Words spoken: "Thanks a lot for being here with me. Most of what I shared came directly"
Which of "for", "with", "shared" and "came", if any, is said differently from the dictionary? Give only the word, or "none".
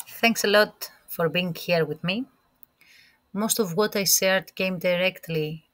shared